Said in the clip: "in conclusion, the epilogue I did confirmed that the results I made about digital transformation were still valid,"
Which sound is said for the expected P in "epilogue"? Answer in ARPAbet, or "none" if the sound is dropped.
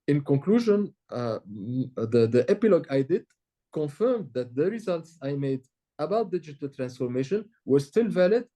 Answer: P